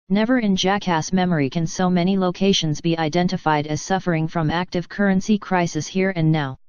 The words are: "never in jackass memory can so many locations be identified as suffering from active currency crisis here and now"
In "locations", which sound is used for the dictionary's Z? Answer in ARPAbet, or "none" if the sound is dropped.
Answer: Z